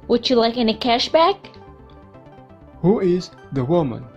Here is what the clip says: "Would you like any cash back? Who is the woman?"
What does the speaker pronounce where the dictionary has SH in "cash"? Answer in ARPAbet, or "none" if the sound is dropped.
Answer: SH